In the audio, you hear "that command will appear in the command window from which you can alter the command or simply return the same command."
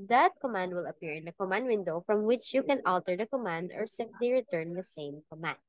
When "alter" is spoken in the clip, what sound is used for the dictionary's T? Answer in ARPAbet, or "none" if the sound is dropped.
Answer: T